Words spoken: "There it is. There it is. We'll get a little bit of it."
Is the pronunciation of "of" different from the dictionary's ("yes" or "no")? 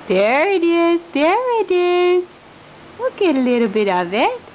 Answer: no